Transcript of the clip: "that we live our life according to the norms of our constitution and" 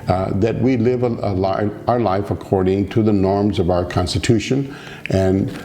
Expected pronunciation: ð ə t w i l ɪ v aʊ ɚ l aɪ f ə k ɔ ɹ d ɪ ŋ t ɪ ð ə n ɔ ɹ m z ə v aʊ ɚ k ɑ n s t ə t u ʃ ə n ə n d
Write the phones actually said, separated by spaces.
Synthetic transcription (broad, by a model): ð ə t w i l ɪ v aʊ ɚ l aɪ f ə k ɔ ɹ d ɪ ŋ t ɪ ð ə n ɔ ɹ m z ə v aʊ ɚ k ɑ n s t ə t u ʃ ə n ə n